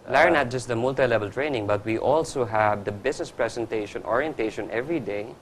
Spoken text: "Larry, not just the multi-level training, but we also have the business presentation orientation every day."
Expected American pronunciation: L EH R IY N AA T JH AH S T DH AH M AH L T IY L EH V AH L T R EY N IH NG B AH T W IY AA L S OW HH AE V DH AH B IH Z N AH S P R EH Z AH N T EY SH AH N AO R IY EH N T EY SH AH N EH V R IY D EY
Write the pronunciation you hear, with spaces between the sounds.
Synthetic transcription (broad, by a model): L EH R N AA T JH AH S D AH M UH L T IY L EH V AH L T R EY N IH NG B AH T W IY AA L S OW HH AE V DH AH B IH S N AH S P R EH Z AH N T EY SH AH N AO R IY EH N T EY SH AH N EH V R IY D EY